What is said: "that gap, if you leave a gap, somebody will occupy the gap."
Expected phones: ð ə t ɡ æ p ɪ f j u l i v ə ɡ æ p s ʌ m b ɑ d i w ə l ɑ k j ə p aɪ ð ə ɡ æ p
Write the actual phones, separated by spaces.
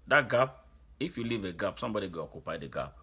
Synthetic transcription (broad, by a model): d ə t ɡ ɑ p ɪ f j u l i v ə ɡ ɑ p s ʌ m b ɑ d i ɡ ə ɑ k j ə p aɪ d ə ɡ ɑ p